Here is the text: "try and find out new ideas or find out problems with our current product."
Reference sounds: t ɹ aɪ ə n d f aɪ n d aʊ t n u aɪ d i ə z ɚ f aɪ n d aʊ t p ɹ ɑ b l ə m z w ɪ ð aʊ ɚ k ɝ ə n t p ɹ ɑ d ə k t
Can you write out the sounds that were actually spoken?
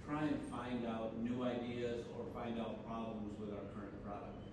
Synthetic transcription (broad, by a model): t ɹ aɪ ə n f aɪ n d aʊ t n u aɪ d i ə z ɚ f aɪ n d aʊ t p ɹ ɑ b l ə m z w ɪ ð aʊ ɚ k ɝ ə n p p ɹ ɑ d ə k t